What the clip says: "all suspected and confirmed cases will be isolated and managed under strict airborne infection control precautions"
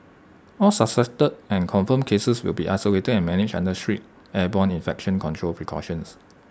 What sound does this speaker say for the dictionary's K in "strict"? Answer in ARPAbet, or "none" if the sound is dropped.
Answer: none